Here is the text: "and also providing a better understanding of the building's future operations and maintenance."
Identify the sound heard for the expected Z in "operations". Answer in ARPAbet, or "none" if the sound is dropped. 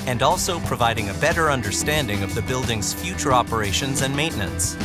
Z